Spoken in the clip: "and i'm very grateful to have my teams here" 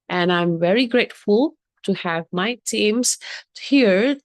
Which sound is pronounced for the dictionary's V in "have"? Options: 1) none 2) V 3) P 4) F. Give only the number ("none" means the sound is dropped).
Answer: 2